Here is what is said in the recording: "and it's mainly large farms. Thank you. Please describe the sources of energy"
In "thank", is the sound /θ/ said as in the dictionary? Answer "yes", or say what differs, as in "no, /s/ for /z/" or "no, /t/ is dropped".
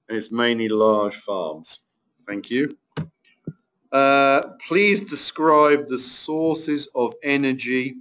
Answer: yes